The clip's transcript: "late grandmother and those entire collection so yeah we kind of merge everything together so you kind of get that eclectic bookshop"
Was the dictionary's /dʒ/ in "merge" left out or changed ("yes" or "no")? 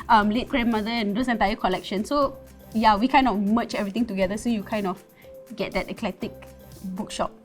yes